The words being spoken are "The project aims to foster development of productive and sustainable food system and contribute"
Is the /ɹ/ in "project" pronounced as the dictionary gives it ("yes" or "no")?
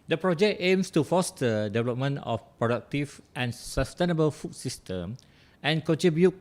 yes